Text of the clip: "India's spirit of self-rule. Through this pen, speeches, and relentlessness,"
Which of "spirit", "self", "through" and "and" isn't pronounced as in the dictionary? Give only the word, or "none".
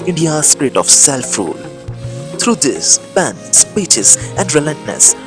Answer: through